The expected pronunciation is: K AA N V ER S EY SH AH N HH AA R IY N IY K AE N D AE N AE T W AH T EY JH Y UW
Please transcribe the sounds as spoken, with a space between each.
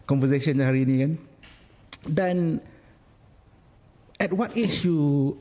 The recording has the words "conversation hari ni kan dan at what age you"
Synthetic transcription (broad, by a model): K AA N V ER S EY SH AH N HH AA R IY N IY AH N D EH N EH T W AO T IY SH Y UW